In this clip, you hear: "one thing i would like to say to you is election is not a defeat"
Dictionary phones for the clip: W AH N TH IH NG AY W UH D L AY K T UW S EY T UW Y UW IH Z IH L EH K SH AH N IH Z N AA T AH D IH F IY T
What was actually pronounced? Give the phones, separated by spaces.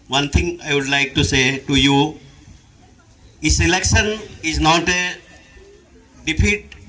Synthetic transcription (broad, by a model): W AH N T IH NG AY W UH D L AY K T UW S EY T UW Y UW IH S IH L EH K SH AH N IH Z N AA T AH D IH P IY T